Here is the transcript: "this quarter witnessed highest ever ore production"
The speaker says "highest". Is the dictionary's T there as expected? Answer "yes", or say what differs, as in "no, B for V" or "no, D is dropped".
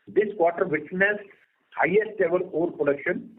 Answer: yes